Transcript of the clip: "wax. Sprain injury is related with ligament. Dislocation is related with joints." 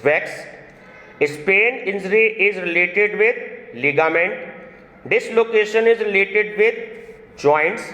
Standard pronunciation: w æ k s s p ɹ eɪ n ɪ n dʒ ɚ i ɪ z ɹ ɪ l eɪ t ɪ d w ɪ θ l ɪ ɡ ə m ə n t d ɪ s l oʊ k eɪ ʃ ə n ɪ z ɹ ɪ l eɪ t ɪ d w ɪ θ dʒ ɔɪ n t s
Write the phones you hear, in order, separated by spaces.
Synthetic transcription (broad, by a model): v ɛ k s s p eɪ n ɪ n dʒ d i ɪ z ɹ ɪ l eɪ t ɪ d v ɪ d l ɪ ɡ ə m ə n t d ɪ s l oʊ k eɪ ʃ ə n ɪ z ɹ ɪ l eɪ t ɪ d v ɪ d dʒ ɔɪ n t s